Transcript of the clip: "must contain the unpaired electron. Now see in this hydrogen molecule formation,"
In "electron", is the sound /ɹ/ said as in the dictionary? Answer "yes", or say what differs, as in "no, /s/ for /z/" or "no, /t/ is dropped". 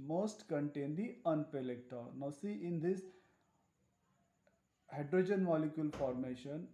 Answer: no, /ɹ/ is dropped